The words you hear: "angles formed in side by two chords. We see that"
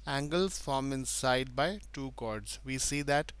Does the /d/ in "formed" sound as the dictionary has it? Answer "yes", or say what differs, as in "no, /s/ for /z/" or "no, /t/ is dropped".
no, /d/ is dropped